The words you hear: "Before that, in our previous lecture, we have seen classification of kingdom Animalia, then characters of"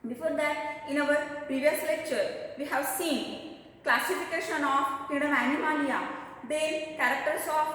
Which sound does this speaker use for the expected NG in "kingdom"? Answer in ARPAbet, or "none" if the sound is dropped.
none